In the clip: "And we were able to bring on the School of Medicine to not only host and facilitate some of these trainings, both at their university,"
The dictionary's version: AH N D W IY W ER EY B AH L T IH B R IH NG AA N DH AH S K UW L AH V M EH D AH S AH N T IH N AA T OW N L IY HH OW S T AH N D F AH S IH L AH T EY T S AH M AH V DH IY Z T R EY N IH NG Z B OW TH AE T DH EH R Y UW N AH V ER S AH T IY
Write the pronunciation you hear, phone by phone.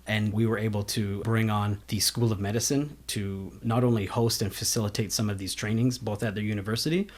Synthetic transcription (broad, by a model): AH N W IY W ER EY B L T IH B R IH NG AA N DH AH S K UW L AH V M EH D AH S AH N T IH N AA T OW N L IY HH OW S T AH N F AH S IH L AH T EY T S AH M AH V DH IY Z T R EY N IH NG Z B OW TH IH T DH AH R Y UW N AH V ER S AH T IY